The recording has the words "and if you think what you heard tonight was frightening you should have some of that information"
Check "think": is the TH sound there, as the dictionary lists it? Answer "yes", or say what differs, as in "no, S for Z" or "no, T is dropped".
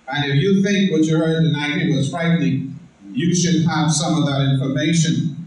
yes